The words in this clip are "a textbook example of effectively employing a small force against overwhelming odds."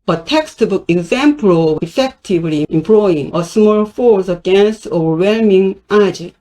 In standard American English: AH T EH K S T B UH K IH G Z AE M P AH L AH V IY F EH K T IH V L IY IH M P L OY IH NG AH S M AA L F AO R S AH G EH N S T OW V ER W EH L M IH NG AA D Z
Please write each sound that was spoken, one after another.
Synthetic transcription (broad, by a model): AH T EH K S T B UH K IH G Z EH M P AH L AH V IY F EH K T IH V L IY IH M P L OY IH NG AH S M AA L F AO R S AH G EH N S T OW V ER W EH L M IH NG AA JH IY